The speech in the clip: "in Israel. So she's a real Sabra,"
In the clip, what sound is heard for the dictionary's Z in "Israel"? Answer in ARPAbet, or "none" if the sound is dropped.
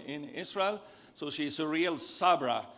S